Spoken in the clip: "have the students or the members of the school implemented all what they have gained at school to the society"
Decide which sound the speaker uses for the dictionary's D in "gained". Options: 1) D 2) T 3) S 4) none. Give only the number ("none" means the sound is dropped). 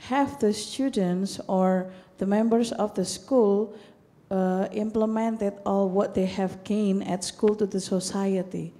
4